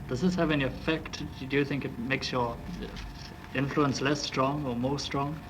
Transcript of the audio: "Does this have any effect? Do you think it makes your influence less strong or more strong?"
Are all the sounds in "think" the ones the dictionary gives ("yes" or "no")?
yes